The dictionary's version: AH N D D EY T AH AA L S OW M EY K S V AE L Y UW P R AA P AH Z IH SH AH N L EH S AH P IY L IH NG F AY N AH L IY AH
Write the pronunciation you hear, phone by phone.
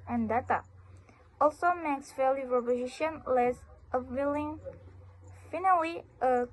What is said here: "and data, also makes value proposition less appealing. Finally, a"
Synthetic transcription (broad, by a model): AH N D D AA T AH AA L S OW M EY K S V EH L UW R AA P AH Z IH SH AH N L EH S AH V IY L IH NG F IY N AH W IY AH